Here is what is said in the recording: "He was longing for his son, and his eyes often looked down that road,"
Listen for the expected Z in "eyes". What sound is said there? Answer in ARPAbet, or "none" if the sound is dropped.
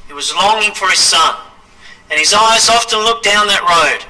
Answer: Z